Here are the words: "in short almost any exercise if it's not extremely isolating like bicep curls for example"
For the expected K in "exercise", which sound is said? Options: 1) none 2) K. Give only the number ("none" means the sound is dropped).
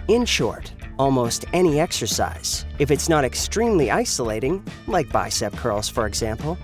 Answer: 2